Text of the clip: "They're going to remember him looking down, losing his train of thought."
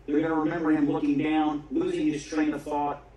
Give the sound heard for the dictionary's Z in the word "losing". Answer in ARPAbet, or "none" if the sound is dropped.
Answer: Z